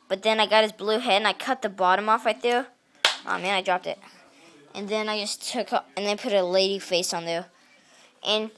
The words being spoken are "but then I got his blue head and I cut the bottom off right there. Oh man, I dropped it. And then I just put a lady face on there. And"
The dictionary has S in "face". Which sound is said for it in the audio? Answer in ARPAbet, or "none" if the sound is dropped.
S